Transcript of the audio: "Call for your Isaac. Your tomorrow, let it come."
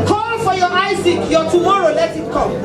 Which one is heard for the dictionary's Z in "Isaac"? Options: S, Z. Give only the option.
S